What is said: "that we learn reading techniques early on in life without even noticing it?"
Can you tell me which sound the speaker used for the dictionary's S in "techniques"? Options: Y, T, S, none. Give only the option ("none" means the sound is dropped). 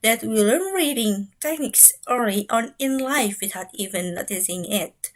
S